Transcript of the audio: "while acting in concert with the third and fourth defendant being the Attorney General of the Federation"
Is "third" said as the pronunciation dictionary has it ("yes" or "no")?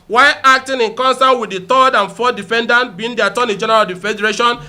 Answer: no